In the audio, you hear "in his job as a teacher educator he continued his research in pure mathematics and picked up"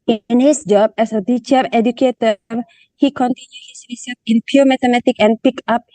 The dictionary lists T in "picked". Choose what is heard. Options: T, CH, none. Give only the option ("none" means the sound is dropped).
none